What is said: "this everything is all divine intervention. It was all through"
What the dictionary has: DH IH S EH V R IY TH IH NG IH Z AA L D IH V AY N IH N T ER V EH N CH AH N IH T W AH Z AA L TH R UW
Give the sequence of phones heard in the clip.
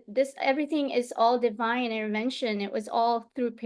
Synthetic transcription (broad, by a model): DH IH S EH V R IY TH IH NG IH Z AA L D IH V AY N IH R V EH N SH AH N IH T W AH Z AA L TH R UW